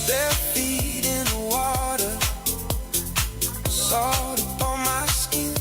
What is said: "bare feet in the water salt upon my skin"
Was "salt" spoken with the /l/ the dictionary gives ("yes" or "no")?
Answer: no